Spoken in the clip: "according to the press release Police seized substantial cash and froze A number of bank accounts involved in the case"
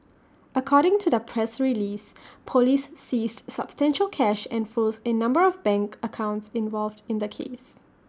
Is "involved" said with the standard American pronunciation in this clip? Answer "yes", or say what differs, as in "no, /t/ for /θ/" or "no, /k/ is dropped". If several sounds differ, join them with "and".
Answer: yes